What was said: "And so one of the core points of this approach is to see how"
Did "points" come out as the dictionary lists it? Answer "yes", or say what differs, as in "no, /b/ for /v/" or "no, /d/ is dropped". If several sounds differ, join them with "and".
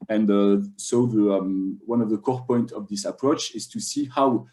no, /s/ is dropped